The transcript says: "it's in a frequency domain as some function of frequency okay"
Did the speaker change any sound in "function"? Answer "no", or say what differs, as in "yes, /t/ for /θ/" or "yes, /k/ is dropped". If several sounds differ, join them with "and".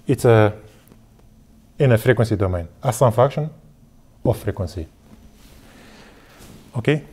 yes, /ŋ/ is dropped